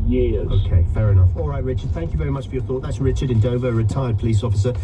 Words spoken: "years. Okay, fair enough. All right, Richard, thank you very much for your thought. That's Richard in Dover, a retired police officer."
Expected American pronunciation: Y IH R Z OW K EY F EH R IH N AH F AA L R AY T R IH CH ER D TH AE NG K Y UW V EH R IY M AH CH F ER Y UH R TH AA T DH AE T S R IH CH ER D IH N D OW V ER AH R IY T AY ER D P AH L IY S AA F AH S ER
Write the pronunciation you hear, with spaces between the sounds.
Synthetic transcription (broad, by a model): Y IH OW K EY F EH R IH N AH F AA L R AY T R IH CH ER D TH AE NG K Y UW V EH R IY M AH CH F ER Y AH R TH AA T DH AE T S R IH CH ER D IH N D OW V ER AH R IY T AY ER D P AH L IY S AA F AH S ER